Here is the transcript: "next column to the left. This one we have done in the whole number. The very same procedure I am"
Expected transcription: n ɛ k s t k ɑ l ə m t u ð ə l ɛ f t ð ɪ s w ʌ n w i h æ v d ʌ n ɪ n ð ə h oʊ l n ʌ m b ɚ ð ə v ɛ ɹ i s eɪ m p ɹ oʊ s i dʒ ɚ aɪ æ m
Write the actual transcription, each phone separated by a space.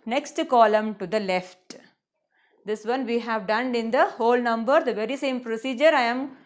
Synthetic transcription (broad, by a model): n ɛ k s t k ɑ l ə m t u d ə l ɛ f t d ɪ s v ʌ n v i h æ v d ʌ n ɪ n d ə h oʊ l n ʌ m b ɚ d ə v ɛ ɹ i s eɪ m p ɹ oʊ s i dʒ ɚ aɪ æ m